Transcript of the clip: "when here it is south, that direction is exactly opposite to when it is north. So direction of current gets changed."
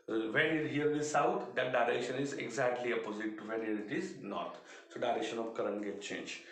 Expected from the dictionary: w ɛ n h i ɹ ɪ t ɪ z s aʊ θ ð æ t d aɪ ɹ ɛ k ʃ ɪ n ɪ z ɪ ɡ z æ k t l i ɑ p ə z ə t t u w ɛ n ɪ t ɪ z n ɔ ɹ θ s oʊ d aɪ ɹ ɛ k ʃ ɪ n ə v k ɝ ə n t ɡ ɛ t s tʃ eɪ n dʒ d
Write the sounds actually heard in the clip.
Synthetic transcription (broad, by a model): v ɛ n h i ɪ t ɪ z s aʊ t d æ t d aɪ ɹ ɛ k ʃ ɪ n ɪ z ɪ ɡ z æ k t l i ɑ p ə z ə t t u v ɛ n ɪ t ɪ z n ɔ ɹ t s oʊ d aɪ ɹ ɛ k ʃ ɪ n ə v k ɝ ə n t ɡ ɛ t tʃ eɪ n dʒ